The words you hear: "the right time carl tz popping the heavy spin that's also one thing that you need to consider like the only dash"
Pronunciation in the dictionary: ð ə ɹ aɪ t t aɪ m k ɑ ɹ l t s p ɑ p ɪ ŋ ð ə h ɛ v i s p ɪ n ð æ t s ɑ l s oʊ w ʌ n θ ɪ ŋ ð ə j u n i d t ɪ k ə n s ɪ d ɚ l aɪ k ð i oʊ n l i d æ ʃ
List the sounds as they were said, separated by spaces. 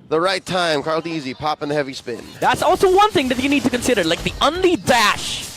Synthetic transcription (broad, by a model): ð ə ɹ aɪ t t aɪ m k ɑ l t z p ɑ p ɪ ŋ ð ə h ɛ v i s p ɪ n ð æ t s ɑ l s oʊ w ʌ n θ ɪ ŋ ð ə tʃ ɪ n i d t ɪ k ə n s ɪ d ɚ l aɪ k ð i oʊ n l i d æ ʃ